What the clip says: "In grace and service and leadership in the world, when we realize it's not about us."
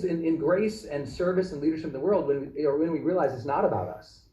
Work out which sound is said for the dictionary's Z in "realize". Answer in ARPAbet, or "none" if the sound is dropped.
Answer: Z